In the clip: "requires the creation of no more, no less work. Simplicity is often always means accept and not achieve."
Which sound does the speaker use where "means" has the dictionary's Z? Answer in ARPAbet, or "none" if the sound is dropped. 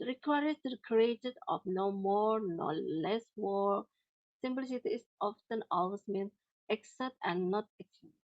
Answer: none